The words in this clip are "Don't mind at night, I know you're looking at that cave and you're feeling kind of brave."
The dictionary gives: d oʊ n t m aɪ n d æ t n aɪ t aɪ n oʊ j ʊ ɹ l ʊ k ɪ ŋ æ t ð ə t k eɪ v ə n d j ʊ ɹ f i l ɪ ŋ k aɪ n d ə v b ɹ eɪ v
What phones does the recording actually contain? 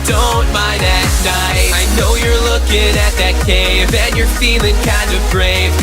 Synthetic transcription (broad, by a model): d oʊ n t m aɪ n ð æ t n aɪ aɪ n oʊ j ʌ ɹ l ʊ k ɪ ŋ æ t ð ə t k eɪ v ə n j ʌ ɹ f i l ɪ ŋ k aɪ n d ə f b ɹ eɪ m